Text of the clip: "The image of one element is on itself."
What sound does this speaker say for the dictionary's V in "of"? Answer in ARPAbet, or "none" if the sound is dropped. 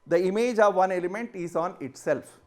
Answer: V